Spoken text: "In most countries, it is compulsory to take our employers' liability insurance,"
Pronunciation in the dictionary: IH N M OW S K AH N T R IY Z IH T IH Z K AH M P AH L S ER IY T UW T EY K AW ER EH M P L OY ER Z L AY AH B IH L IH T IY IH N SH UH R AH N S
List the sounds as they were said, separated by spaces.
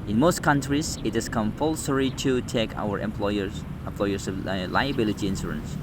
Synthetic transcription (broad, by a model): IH N M OW S K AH N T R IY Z IH T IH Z K AH M P AH L S ER IY T UW T EY K AW ER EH M P L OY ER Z L AY AH B IH L IH T IY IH N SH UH R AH N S